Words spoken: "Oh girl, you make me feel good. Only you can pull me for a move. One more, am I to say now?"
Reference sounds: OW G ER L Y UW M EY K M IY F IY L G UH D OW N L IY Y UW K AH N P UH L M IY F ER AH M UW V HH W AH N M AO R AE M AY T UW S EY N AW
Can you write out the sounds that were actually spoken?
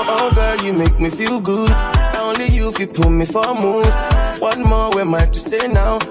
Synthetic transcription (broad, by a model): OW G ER Y UW M EY K M IY F IY L G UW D OW N L IY Y UW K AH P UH M IY F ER AH M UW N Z W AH N M AO W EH M AY T UW S EY N AW